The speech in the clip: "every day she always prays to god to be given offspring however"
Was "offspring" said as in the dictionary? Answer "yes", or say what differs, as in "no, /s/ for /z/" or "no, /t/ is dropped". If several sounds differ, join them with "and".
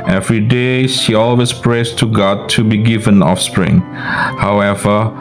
yes